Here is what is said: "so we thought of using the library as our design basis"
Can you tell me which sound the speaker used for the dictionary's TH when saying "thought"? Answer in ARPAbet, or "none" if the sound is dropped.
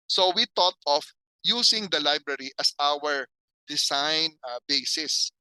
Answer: T